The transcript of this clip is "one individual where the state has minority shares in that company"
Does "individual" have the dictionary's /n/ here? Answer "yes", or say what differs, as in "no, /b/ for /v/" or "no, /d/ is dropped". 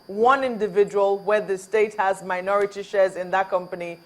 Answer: yes